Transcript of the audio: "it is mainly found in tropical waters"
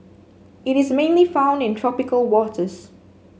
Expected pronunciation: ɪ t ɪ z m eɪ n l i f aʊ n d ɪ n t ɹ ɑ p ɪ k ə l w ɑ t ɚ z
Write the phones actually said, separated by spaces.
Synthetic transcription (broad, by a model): ɪ t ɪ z m eɪ n l i f aʊ n d ɪ n t ɹ ɑ p ɪ k ə l w ɑ t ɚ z